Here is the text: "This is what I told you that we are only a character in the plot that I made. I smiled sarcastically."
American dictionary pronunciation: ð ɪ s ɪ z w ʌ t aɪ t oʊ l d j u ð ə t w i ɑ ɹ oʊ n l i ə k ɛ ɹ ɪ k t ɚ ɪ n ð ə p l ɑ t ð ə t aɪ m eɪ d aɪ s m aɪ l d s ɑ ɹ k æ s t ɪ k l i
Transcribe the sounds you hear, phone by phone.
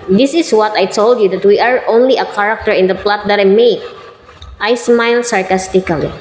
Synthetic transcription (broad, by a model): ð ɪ s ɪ s w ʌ t aɪ t oʊ l d j u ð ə t w i ɑ ɹ oʊ n l i ə k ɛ ɹ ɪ k t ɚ ɪ n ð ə p l ɑ t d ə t aɪ m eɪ aɪ s m aɪ l s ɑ ɹ k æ s t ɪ k l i